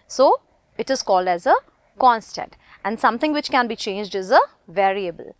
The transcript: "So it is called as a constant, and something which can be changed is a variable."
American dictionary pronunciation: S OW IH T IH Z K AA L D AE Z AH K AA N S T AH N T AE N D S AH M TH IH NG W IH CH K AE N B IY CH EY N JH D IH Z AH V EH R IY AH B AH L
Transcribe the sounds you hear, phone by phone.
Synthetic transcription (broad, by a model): S OW IH T IH Z K AA L D AE Z AH K AA N S T AH N T AE N D S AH M T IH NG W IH CH K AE N B IY CH EY N JH D IH Z AH V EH R IY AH B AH L